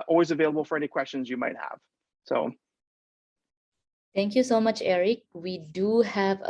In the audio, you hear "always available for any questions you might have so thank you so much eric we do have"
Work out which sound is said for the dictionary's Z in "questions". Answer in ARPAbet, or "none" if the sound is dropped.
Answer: Z